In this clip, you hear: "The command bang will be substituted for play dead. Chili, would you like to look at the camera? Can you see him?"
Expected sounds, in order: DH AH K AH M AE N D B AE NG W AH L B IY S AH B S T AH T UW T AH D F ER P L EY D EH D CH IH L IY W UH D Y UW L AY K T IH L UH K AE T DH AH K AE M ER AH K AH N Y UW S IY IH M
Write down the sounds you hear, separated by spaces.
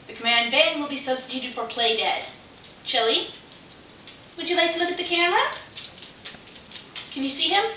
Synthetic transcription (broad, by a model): DH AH K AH M AE N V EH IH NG W AH L B IY S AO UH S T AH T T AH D F ER P L EY D EH D CH IH L IY W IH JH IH L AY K T IH L UH K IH T DH AH K AE M ER AH K AH N Y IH S IY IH M